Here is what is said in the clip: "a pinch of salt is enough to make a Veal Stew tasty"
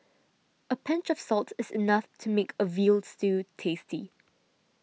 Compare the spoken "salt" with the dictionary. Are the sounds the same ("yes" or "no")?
yes